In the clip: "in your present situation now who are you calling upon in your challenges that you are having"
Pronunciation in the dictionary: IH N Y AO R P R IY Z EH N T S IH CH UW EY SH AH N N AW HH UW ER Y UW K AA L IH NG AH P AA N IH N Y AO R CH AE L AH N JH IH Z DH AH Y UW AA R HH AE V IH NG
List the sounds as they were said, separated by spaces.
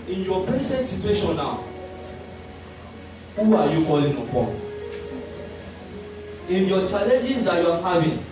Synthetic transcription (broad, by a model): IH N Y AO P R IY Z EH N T S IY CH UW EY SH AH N N AW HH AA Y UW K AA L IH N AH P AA IH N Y AO CH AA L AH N JH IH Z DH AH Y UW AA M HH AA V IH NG